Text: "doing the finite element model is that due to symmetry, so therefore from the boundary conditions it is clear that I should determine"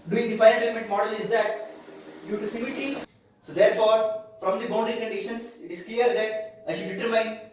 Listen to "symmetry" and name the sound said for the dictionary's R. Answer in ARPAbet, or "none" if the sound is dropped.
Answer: none